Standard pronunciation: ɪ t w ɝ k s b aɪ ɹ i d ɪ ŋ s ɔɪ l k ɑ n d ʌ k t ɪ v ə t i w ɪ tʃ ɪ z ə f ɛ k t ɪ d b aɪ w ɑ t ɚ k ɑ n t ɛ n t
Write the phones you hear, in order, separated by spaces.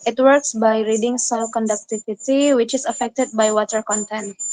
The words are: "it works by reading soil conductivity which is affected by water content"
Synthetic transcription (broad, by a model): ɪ t w ɝ k s b aɪ ɹ i d ɪ ŋ s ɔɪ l k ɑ n d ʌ k t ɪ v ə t i w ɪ tʃ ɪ s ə f ɛ k t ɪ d b aɪ w ɑ t ɚ k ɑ n t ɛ n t